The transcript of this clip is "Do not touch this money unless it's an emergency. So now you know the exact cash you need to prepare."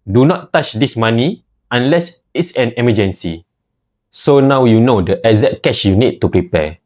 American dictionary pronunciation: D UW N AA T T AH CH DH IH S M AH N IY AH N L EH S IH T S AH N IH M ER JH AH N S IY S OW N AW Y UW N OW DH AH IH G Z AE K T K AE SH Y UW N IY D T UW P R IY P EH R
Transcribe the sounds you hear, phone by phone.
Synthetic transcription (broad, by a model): D UW N AA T T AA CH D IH S M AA N IY AH N L EH S IH T S AH N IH M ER JH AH N S IY S OW N AW Y UW N OW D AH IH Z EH T K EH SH Y UW N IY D T UW P R IY P EH